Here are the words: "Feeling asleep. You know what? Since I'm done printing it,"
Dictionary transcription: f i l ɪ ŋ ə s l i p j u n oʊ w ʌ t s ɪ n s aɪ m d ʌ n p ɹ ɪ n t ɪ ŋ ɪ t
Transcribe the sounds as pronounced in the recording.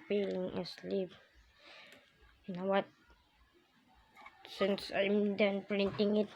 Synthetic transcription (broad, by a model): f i l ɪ ŋ ə s l i p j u n oʊ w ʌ t s ɪ n s aɪ m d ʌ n p ɹ ɪ n t ɪ ŋ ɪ t